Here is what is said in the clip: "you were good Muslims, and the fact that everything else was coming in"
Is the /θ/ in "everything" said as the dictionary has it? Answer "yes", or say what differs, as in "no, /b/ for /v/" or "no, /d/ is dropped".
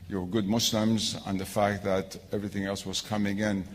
yes